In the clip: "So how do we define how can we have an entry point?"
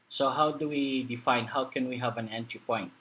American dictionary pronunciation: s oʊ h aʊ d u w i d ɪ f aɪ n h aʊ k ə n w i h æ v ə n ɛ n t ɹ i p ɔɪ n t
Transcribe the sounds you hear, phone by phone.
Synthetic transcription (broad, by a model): s oʊ h aʊ d u w i d ɪ f aɪ n h aʊ k ə n w i h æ v ə n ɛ n t i p ɔɪ n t